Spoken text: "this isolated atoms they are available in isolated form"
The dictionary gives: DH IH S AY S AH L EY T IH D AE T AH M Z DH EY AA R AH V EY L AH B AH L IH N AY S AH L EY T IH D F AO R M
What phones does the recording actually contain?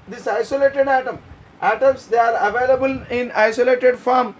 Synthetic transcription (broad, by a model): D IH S AY S AH L EY T IH D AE T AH M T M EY AA R AH V EY L AH B AH L IH N AY S AH L EY T IH D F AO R M